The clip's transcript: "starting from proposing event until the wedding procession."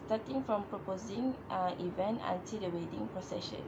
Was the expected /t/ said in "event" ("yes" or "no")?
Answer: yes